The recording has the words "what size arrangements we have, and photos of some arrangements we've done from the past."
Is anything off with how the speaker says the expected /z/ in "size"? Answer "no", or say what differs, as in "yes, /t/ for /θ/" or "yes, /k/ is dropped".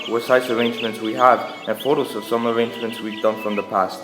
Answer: yes, /s/ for /z/